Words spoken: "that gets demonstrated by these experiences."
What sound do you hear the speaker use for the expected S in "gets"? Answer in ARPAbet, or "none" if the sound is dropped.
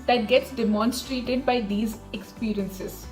S